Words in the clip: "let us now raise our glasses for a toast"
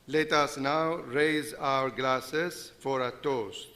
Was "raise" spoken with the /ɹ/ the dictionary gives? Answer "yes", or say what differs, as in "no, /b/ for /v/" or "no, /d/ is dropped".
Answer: yes